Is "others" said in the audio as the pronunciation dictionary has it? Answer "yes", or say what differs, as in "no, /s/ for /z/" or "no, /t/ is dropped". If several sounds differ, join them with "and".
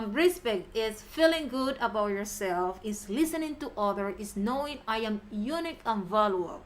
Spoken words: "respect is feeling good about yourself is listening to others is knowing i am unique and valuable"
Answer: no, /z/ is dropped